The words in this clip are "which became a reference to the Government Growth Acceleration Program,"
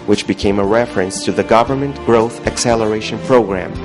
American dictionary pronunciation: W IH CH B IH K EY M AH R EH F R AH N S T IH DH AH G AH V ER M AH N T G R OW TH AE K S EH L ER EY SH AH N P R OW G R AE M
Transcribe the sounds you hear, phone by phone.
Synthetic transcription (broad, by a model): W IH CH B IH K EY M AH R EH F R AH N S T IH DH AH G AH V ER M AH N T G R OW TH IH K S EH L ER EY SH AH N P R OW G R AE M